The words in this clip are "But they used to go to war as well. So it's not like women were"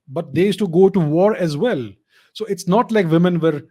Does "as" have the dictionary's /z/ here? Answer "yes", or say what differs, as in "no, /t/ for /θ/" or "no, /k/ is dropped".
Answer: yes